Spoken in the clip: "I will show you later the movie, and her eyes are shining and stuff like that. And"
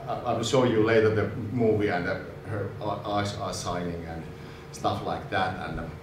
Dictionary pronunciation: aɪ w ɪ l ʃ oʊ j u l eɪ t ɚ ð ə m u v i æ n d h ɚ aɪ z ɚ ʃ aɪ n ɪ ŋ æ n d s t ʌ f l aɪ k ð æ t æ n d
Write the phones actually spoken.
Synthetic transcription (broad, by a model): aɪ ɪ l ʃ oʊ j u l eɪ t ɚ ð ə m u v i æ n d h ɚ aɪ s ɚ s aɪ n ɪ ŋ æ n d s t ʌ f l aɪ k ð æ t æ n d